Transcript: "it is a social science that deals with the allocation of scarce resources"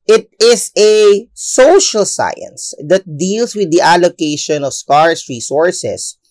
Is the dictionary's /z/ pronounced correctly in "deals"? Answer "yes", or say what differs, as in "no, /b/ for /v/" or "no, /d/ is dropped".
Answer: no, /s/ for /z/